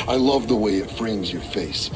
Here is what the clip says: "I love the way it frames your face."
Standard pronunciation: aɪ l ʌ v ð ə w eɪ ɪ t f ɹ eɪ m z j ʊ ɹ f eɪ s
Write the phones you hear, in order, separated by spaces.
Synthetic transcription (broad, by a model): aɪ l ʌ v ð ə w eɪ ɪ t f ɹ eɪ m z j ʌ ɹ f eɪ s